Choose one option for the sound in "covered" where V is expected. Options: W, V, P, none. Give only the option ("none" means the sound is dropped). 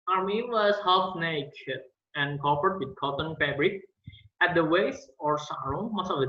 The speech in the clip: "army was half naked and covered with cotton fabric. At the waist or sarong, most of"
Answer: P